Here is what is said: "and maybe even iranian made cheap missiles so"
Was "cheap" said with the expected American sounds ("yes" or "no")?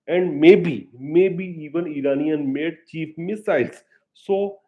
no